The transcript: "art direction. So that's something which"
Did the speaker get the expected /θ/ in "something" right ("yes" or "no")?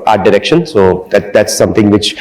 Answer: no